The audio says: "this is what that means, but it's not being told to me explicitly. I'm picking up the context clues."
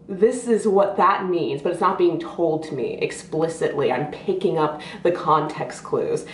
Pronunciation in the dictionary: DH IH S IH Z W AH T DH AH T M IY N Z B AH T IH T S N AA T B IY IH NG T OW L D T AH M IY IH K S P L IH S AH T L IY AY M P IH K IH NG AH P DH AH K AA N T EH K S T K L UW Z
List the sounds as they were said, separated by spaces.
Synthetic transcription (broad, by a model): DH IH S IH Z W AH T DH AH T M IY N Z B AH T IH T S N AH T B IY IH NG T OW L D T AH M IY IH K S P L IH S AH T L IY AY M P IH K IH NG AH P DH AH K AA N T EH K S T K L UW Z